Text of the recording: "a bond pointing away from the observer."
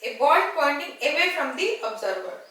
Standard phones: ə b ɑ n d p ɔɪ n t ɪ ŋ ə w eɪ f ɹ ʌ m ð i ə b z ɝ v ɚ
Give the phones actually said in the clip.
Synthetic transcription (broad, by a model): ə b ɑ d p ɔɪ n t ɪ ŋ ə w eɪ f ɹ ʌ m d i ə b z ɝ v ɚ